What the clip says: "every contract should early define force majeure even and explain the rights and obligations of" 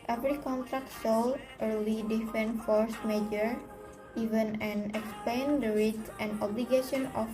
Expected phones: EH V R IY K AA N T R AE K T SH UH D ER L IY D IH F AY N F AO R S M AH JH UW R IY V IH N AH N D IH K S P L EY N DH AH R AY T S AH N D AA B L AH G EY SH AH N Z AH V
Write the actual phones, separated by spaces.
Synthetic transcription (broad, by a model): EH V R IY K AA N T R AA K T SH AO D ER L IY D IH F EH N F AO R S M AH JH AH R IY V IH N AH N IH K S P L EY N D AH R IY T AH N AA B L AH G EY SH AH N AH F